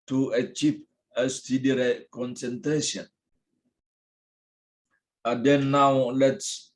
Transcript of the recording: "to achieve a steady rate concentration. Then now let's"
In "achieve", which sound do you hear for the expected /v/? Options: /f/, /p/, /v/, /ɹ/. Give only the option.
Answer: /p/